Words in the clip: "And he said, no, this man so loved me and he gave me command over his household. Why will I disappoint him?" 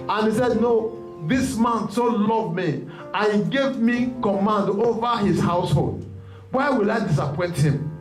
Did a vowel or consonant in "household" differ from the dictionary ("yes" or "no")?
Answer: no